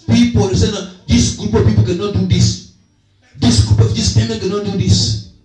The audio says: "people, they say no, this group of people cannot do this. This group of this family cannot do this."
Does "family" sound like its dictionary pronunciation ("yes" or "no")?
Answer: no